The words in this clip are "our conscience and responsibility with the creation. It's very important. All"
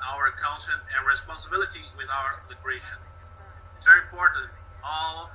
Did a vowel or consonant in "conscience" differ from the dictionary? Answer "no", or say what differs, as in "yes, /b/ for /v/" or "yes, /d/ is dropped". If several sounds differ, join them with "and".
yes, /s/ is dropped